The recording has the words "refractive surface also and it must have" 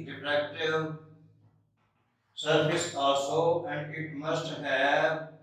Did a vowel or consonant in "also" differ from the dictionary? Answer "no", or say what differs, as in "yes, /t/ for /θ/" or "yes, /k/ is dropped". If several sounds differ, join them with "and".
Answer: yes, /l/ is dropped